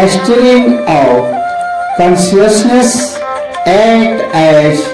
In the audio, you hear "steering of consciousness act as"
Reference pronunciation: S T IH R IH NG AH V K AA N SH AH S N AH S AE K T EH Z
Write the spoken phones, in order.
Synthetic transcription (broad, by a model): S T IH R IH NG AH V K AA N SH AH S N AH S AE T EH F